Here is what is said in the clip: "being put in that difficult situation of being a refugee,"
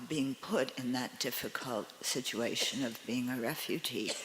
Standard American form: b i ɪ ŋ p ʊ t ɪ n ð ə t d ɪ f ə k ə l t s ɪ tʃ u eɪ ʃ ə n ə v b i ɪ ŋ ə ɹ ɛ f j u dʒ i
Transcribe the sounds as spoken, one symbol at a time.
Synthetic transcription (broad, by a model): b i ɪ ŋ p ʊ t ɪ n ð ə t d ɪ f ə k ə l t s ɪ tʃ u eɪ ʃ ə n ə v b i ɪ ŋ ə ɹ ɛ f j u dʒ i